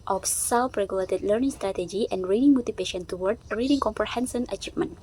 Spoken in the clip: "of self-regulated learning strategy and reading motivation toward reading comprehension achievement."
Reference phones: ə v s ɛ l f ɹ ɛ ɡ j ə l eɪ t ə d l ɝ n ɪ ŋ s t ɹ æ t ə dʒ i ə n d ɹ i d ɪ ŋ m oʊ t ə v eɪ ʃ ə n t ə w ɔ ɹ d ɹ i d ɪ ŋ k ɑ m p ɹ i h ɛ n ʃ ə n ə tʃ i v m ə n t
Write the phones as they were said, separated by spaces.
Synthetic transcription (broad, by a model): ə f s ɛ l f ɹ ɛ ɡ j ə l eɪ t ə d l ɝ n ɪ ŋ s t ɹ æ t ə dʒ i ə n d ɹ i d ɪ ŋ m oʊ t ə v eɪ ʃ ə n t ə w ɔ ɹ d ɹ i d ɪ ŋ k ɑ m p ɹ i h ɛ n s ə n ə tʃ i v m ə n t